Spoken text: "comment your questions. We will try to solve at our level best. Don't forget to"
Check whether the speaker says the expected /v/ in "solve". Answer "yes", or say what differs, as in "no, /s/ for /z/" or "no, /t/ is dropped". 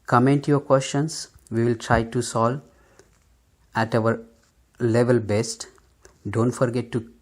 no, /v/ is dropped